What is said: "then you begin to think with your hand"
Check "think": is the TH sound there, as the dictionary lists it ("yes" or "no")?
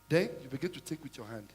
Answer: no